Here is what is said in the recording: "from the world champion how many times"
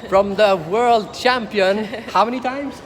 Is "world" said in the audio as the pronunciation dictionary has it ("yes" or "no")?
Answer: yes